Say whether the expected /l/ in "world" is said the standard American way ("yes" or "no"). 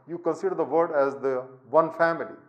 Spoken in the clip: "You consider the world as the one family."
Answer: no